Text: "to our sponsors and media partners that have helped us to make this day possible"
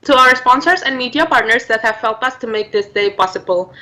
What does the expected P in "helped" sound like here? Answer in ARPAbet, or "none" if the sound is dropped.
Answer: none